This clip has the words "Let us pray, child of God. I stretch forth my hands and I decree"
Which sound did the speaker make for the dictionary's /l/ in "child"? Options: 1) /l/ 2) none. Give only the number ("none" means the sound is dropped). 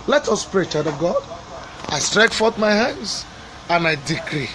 2